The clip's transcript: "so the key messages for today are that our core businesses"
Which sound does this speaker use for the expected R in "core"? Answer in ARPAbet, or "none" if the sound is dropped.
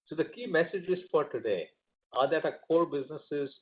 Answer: L